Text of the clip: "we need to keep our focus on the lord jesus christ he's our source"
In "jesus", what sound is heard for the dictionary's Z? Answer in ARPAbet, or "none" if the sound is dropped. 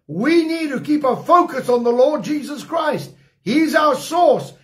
Z